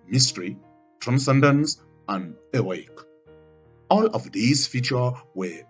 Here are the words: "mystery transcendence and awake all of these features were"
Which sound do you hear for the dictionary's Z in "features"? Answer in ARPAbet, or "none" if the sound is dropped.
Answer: none